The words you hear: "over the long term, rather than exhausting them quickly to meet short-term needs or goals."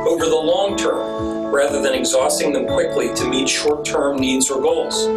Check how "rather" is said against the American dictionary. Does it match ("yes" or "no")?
yes